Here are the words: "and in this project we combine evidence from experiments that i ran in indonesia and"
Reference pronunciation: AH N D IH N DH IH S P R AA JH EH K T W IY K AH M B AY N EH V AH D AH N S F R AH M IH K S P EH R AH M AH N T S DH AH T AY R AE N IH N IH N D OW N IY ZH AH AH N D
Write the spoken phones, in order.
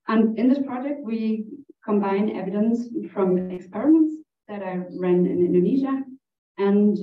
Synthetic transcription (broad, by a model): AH N IH N DH IH S P R AA JH EH K T W IY K AH M B AY N EH V AH D AH N S F R AH M IH K S P EH R AH M AH N T S DH AH T AY R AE N IH N IH N D OW N IY ZH AH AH N